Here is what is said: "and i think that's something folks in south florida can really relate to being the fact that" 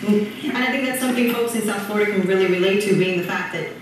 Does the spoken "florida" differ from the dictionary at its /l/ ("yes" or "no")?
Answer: yes